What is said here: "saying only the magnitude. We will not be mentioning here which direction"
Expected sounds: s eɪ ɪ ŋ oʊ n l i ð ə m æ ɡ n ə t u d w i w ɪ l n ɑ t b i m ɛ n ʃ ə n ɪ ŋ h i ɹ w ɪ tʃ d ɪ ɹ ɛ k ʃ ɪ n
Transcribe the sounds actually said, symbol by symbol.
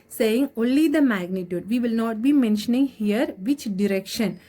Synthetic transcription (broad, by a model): s eɪ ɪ ŋ oʊ n l i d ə m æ ɡ n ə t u d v i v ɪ l n ɑ t b i m ɛ n ʃ ə n ɪ ŋ h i ɹ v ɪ tʃ d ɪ ɹ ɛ k ʃ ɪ n